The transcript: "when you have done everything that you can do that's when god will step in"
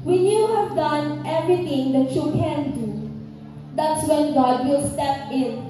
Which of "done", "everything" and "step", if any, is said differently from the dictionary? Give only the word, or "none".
everything